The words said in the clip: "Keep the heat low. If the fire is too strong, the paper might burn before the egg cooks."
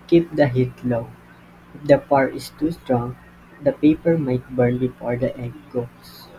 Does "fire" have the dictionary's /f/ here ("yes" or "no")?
no